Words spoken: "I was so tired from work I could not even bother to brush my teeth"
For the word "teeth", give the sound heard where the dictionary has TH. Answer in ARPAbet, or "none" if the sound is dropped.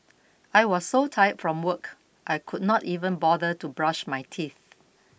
TH